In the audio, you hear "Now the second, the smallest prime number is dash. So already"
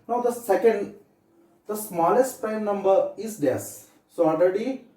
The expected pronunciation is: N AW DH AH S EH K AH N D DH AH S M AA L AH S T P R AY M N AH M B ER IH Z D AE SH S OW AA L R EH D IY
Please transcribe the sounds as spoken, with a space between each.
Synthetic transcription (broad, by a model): N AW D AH S EH K AH N D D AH S M AA L AH S T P EH N AH M B ER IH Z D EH S S OW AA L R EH D IY